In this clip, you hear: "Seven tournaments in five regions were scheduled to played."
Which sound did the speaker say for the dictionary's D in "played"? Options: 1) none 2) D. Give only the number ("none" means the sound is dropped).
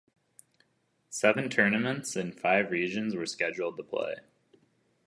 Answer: 1